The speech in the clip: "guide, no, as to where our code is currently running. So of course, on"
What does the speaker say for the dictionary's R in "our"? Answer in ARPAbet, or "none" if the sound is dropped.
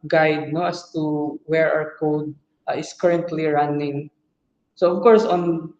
W